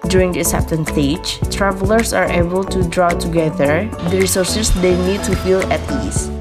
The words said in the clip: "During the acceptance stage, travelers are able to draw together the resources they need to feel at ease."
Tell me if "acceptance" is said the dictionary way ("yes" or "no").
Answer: no